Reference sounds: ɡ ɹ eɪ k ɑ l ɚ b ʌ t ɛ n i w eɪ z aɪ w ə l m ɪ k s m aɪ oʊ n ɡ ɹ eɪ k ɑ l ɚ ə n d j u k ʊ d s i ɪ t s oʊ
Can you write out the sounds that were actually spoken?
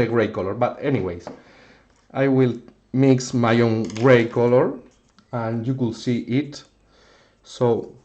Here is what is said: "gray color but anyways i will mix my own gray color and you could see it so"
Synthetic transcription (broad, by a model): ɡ ɹ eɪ k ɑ l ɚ b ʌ t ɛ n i w eɪ s aɪ w ə l m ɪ k s m aɪ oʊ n ɡ ɹ eɪ k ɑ l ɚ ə n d j u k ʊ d s i ɪ t s oʊ